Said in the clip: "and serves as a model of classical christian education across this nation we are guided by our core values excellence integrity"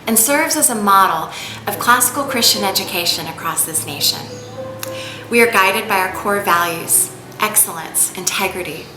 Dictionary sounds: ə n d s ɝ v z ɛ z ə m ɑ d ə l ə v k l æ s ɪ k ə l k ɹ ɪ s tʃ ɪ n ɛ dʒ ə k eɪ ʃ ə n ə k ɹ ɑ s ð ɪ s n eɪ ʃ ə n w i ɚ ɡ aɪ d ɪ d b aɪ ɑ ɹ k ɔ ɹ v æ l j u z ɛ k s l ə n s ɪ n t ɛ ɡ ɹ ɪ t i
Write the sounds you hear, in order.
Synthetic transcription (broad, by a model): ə n s ɝ v z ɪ z ə m ɑ d l ə v k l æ s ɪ k l k ɹ ɪ s tʃ ɪ n ɛ dʒ ə k eɪ ʃ ə n ə k ɹ ɑ s ð ɪ s n eɪ ʃ ə n w i ɚ ɡ aɪ d ɪ d b aɪ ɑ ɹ k ɔ ɹ v æ l j u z ɛ k s l ə n s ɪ n t ɛ ɡ ɹ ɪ t i